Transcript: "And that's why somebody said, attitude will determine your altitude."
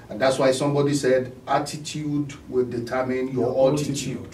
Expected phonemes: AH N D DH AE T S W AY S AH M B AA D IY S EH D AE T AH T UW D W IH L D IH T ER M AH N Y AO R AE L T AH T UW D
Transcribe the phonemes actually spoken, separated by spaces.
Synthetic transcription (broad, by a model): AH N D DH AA T S W AY S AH M B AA D IY S EH D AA T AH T UW D W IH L D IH T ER M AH N Y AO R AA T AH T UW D